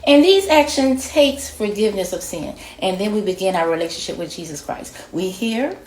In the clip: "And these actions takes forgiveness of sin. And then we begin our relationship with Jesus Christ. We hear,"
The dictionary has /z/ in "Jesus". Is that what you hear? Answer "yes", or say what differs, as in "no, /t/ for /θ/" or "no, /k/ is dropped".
yes